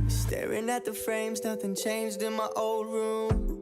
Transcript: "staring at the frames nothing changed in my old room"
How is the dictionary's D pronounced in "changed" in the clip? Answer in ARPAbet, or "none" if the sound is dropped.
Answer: D